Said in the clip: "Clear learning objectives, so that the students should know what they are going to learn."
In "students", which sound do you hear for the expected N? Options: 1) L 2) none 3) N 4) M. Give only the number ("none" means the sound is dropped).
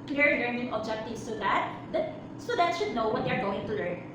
2